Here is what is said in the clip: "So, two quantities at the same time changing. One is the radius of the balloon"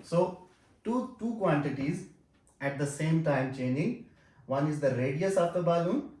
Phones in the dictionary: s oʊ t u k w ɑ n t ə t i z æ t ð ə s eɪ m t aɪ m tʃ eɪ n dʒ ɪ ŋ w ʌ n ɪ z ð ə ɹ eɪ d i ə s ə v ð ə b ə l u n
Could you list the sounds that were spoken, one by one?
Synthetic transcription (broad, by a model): s oʊ t u k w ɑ n t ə t i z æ t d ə s eɪ m t aɪ m tʃ eɪ n ɪ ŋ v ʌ n ɪ z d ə ɹ eɪ d i ə s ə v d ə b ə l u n